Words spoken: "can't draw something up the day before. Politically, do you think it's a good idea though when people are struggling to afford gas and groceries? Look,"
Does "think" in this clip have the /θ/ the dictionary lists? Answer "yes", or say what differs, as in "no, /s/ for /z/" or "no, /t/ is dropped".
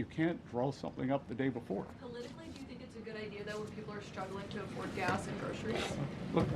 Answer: yes